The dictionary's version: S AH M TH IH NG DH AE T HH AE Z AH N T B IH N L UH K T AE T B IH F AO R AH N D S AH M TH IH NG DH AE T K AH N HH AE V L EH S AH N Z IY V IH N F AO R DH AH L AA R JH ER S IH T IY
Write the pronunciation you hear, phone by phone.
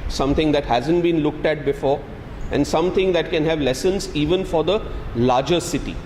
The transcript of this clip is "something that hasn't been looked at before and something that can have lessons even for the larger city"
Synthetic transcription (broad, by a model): S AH M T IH NG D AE T HH AE Z AH N T B IH N L UH K T AE T B IH F AO R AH N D S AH M T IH NG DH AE T K AH N HH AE V L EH S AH N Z IY V IH N F AO R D AH L AA R JH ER S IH T IY